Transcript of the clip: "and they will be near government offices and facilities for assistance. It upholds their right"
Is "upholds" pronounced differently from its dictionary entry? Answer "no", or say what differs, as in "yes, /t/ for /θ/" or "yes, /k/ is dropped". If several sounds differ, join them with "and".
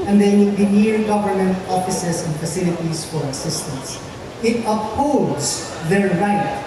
yes, /l/ is dropped